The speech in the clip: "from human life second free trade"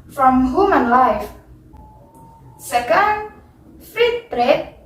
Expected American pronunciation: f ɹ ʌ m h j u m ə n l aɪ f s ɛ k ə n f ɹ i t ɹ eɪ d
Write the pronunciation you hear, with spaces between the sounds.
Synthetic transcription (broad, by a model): f ɹ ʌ m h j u m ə n l aɪ f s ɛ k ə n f i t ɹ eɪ